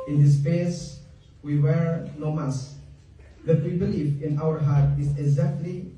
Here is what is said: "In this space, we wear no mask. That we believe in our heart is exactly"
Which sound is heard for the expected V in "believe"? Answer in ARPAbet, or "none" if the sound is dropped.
F